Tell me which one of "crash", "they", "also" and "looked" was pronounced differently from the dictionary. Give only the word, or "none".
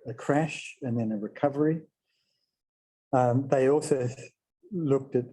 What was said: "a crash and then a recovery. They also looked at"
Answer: none